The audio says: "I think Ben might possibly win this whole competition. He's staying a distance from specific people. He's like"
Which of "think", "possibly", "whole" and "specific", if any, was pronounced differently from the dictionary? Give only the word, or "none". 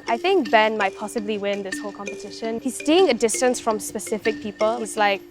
none